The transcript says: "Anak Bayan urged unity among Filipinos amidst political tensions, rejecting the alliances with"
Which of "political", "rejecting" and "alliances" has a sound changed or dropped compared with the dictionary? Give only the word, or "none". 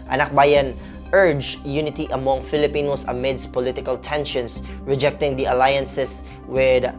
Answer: alliances